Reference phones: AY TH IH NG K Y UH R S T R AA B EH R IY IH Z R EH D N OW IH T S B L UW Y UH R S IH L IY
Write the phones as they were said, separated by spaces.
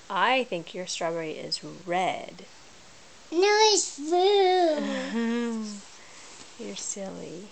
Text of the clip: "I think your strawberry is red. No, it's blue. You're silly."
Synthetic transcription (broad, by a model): AY TH IH NG K Y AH R S T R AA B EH R IY IH Z R EH D N OW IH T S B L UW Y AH R S IH L IY